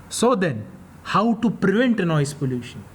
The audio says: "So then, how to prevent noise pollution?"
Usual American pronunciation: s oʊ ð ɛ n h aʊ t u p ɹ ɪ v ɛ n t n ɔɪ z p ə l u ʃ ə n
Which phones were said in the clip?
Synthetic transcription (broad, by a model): s oʊ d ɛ n h aʊ t u p ɹ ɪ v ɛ n t n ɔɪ s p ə l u ʃ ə n